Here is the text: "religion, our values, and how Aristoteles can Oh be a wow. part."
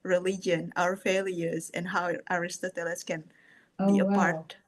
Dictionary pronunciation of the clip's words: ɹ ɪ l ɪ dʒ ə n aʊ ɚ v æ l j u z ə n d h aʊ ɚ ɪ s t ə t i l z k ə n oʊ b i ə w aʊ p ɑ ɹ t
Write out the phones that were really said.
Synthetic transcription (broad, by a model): ɹ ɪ l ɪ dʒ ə n aʊ ɚ f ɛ l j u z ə n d h aʊ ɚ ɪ s t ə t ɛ l s k ə n b i ə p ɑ ɹ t